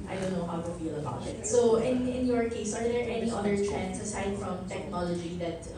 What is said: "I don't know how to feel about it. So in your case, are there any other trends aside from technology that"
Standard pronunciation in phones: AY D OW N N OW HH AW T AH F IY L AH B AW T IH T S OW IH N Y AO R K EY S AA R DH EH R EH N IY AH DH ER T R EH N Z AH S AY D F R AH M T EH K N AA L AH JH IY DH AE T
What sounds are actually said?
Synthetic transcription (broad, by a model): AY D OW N N OW HH AW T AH F IY L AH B AW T IH T S OW IH N Y AO R K EY S AA R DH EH R EH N IY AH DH ER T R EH N S AH S AY D F R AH M T EH K N AA L AH JH IY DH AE T